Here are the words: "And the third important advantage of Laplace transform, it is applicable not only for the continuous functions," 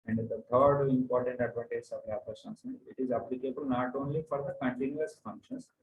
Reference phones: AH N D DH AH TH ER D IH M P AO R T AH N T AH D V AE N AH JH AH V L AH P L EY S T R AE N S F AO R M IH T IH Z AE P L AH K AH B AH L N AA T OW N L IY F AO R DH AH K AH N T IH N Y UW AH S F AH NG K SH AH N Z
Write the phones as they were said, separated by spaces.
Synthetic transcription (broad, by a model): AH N D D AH T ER D IH M P AO R T AH N T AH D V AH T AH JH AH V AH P AH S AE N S EH IH T IH Z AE P L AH K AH B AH L N AA T OW N L IY F AO R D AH K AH N T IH N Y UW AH S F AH NG K SH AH N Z